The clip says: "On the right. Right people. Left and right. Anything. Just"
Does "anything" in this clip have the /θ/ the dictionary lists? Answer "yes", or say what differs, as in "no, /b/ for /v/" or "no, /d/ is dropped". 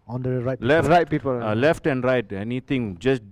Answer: no, /t/ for /θ/